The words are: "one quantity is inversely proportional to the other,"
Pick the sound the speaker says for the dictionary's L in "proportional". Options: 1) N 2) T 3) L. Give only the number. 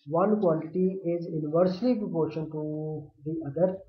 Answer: 1